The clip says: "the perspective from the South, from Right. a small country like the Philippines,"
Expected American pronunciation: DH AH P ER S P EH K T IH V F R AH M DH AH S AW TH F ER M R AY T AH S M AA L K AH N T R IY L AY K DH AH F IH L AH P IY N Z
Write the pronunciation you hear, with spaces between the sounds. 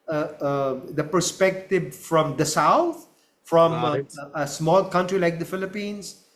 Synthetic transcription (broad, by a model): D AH P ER S P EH K T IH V F R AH M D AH S AW T F R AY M AH S M AA L K AH N T R IY L AY K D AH F IH L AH P IY N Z